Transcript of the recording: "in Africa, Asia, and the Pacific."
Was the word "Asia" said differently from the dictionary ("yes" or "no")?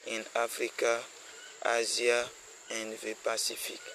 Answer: yes